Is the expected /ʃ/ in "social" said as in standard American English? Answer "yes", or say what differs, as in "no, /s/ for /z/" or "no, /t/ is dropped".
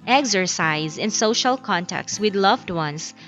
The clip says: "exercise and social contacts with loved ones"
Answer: yes